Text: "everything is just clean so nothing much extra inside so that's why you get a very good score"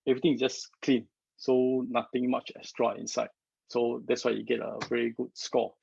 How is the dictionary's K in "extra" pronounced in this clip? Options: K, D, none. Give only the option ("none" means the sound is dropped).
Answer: none